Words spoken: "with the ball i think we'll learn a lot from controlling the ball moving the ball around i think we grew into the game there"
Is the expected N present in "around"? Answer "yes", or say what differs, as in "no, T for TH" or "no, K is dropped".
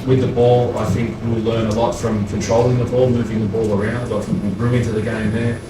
yes